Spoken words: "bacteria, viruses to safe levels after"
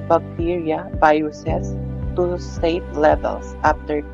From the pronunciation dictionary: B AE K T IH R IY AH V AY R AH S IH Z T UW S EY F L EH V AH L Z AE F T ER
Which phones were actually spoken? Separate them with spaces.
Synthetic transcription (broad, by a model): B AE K T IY R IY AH B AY AH S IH S T UW S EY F L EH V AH L S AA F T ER